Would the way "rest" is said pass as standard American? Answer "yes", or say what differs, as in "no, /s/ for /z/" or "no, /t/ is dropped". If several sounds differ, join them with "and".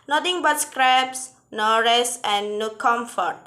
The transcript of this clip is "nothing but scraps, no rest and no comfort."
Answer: no, /t/ is dropped